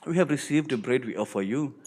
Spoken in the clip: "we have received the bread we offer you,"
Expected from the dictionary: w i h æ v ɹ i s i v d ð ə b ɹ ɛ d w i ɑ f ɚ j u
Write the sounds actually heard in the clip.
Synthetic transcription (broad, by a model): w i h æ v ɹ i s i v d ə b ɹ ɛ d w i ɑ f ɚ j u